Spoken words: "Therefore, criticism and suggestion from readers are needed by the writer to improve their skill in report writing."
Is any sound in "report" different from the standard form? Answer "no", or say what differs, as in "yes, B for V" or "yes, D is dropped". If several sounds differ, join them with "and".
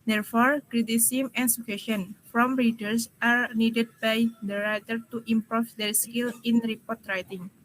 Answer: no